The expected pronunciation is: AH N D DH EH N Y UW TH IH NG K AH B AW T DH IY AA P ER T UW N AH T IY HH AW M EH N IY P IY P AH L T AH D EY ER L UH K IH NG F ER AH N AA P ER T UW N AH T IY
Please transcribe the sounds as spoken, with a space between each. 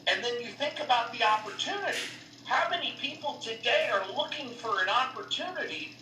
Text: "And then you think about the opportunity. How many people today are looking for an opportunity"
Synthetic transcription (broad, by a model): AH N DH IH N Y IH TH IH NG K AH B AW T DH IY AA P ER T UW N AH T IY HH AW M EH N IY P IY P L T AH D EY ER L UH K IH NG F ER AH N AA P ER T UW N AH T IY